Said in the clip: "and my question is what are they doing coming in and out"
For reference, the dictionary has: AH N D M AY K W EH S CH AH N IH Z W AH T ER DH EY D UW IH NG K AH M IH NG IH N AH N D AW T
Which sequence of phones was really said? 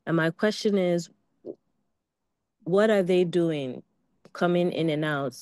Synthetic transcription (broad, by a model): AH N M AY K W EH S CH AH N IH Z W AH T ER DH EY D UW IH NG K AH M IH NG IH N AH N AW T